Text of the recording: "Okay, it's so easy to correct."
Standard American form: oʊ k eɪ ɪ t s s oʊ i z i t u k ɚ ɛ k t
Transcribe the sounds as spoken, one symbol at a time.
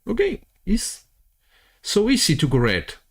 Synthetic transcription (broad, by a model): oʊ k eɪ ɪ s s oʊ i s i t u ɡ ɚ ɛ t